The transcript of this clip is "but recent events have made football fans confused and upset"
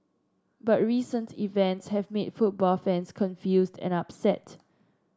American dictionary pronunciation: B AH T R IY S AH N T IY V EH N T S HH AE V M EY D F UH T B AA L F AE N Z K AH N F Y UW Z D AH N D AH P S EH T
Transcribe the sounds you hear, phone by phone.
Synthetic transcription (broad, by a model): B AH T R IY S AH N T IY V EH N T S HH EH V M EY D F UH T B AA L F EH N S K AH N F Y UW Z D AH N AH P S EH T